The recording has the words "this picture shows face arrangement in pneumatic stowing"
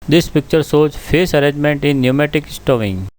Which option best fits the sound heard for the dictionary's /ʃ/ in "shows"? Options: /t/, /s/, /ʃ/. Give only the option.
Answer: /s/